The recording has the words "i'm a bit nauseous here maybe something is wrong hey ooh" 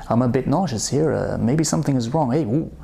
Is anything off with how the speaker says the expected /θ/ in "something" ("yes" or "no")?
no